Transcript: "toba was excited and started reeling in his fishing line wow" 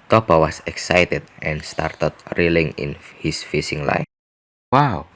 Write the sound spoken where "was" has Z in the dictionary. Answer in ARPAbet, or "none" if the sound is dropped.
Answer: S